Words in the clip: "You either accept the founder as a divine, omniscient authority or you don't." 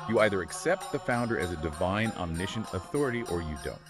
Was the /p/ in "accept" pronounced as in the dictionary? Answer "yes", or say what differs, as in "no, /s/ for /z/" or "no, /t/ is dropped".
yes